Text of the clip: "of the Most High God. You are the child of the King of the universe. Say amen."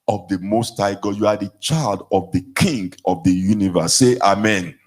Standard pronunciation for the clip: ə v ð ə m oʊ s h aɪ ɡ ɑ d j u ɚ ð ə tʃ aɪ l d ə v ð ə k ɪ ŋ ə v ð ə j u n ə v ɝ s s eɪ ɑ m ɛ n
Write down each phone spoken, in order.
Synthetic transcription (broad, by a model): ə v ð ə m oʊ s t aɪ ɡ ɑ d j u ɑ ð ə tʃ aɪ l d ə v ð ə k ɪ ŋ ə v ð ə j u n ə v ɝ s s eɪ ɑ m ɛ n